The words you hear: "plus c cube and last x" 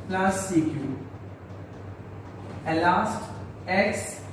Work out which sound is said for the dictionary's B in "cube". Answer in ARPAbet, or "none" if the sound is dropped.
none